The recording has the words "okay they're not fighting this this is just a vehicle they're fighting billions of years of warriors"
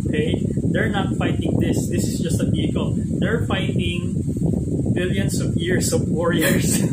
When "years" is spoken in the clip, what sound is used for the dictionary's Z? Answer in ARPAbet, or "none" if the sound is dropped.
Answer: S